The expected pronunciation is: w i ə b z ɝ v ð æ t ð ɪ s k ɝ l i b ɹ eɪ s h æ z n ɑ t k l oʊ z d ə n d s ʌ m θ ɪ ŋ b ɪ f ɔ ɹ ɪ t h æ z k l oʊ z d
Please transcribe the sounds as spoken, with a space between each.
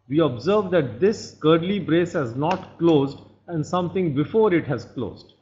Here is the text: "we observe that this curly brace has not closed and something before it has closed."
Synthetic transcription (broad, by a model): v i ə b z ɝ v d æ t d ɪ s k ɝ l i b ɹ eɪ s h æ z n ɑ t k l oʊ z d ə n d s ʌ m t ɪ ŋ b ɪ f ɔ ɹ ɪ t h æ z k l oʊ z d